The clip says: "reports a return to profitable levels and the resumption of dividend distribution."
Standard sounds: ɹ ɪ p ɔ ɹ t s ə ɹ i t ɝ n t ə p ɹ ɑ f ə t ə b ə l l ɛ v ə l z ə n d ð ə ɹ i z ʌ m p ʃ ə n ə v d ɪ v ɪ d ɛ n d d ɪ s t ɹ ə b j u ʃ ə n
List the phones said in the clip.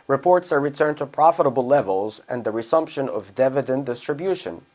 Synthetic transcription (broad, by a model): ɹ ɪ p ɔ ɹ t s ə ɹ i t ɝ n t ə p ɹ ɑ f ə t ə b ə l l ɛ v ə l z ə n ð ə ɹ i s ʌ m p ʃ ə n ə v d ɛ v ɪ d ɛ n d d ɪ s t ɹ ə b j u ʃ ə n